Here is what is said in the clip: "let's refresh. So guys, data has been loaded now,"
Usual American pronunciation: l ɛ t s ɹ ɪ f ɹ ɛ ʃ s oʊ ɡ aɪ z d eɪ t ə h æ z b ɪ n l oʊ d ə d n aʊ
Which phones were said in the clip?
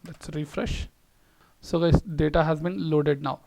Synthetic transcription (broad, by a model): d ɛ t s ɹ ɪ f ɹ ɛ ʃ s oʊ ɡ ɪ d eɪ t ə h æ z b ɪ n l oʊ d ə d n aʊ